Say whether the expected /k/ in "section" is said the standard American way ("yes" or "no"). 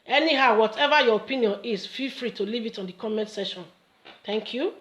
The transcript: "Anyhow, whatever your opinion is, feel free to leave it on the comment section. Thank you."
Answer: no